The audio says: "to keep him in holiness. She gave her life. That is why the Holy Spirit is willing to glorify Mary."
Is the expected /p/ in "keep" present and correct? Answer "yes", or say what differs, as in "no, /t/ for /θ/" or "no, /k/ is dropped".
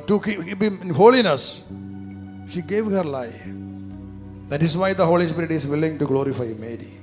no, /b/ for /p/